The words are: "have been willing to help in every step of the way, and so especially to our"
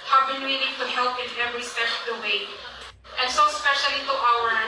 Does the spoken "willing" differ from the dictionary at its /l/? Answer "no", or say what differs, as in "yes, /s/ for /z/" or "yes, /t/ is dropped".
yes, /n/ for /l/